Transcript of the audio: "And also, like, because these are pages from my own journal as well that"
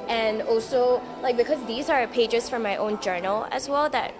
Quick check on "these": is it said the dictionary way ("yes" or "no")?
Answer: yes